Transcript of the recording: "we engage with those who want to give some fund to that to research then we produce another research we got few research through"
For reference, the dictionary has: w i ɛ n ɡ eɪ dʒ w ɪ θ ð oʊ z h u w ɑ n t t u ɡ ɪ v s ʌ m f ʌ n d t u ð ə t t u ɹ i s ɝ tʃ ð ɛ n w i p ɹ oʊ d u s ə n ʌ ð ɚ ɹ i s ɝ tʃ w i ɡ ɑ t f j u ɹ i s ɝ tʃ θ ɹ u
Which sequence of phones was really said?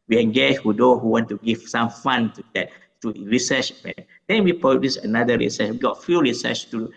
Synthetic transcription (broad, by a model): w i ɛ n ɡ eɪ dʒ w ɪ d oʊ h u w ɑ n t t u ɡ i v s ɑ m f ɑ n t u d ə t t u ɹ i s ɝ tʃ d ɛ n w i p ɹ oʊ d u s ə n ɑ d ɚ ɹ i s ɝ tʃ w i ɡ ɑ t f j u ɹ i s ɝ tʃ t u